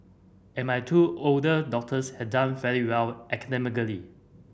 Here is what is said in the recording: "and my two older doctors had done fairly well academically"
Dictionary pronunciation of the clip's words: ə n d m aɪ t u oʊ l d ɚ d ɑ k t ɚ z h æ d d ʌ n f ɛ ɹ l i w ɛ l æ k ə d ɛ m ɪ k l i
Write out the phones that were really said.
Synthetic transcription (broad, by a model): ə n m aɪ t u oʊ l d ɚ d ɑ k t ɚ s h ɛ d d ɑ n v ɛ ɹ i w ɛ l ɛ k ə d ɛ m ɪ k l i